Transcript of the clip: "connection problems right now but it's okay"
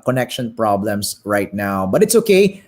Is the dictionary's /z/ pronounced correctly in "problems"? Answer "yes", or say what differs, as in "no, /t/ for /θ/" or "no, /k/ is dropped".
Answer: no, /s/ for /z/